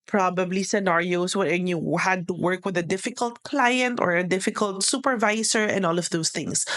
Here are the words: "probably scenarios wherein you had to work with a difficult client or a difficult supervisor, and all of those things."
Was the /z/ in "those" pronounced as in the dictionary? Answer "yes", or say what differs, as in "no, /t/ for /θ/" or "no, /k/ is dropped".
no, /s/ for /z/